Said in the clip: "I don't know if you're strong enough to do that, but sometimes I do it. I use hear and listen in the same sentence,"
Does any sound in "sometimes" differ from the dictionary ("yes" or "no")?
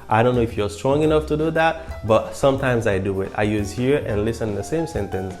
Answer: no